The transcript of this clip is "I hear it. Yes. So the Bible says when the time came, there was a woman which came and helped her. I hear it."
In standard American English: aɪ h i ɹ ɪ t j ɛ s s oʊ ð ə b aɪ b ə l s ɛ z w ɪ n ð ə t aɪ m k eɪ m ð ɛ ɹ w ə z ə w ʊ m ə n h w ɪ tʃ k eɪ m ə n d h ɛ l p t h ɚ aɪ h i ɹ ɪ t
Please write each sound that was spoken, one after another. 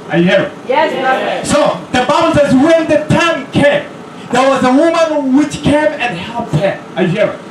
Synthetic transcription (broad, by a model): aɪ h i ɹ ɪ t j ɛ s s oʊ ð ə b aɪ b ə l s ɛ z w ɪ n ð ə t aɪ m k eɪ m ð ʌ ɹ w ə z ə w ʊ m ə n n w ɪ tʃ k eɪ m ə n h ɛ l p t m aɪ h i ɹ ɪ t